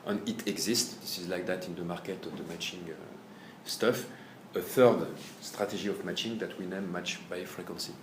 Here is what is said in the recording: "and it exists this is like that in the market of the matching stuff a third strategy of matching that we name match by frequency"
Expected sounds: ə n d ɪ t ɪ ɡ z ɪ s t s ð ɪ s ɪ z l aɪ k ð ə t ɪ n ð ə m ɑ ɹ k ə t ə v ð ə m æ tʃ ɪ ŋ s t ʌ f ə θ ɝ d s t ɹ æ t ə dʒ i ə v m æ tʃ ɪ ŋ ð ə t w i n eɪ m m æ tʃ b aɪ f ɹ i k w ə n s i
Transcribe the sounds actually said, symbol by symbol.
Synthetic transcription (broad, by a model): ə n ɪ t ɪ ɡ z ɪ s t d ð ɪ s ɪ z l aɪ k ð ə t ɪ n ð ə m ɑ ɹ k ə t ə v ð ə m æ tʃ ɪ ŋ s t ʌ f ə θ ɝ d s t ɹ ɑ t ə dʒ i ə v m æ tʃ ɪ ŋ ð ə t w i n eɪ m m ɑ tʃ b aɪ f ɹ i k w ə n s i